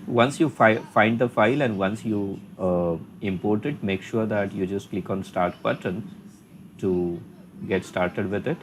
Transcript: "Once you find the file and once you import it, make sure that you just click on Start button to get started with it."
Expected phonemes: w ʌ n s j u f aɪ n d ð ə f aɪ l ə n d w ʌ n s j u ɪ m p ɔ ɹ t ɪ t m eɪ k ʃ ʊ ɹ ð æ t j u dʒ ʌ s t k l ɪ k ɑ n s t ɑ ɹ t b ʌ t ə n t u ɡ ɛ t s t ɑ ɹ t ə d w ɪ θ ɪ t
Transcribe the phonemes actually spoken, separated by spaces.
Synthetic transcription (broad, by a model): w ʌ n s j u f aɪ n d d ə f aɪ l ə n d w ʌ n s j u ɪ m p ɔ ɹ t ɪ t m eɪ k ʃ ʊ ɹ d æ t j u dʒ ʌ s t k l ɪ k ɑ n s t ɑ ɹ t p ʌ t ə n t u ɡ ɛ t s t ɑ ɹ t ə d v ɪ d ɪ t